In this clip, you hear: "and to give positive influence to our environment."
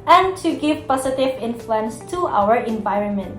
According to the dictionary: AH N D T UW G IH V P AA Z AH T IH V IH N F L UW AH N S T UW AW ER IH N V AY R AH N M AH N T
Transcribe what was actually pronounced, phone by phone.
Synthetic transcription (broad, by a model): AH N T UW G IH V P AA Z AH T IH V IH N F L UW AH N S T UW AW ER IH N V AY R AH N M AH N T